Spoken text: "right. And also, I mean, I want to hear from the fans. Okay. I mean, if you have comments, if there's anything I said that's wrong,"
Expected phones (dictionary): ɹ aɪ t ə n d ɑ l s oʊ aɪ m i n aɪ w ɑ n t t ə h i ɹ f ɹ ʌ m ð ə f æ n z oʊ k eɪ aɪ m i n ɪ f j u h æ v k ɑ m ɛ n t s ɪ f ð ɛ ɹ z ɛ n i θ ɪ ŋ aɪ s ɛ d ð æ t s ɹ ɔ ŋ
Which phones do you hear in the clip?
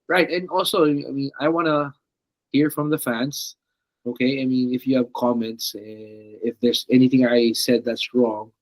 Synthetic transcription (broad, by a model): ɹ aɪ t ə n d ɑ l s oʊ aɪ m i n aɪ w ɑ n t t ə h i ɹ f ɹ ʌ m ð ə f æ n s oʊ k eɪ aɪ m i n ɪ f j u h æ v k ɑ m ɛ n t s ɪ f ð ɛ ɹ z ɛ n i θ ɪ ŋ aɪ s ɛ d ð æ t s ɹ ɔ ŋ